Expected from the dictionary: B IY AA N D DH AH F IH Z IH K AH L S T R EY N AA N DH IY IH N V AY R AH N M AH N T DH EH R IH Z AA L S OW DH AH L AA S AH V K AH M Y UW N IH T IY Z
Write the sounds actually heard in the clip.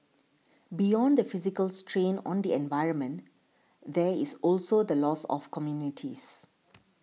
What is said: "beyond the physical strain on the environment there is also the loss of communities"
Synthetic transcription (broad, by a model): B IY AA N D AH F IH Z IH K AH L S T R EY N AA N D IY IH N V AY R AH N M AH N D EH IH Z AA L S OW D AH L AA S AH F K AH M Y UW N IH T IY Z